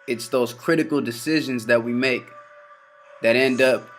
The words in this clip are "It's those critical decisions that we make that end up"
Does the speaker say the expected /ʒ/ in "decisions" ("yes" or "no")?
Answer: yes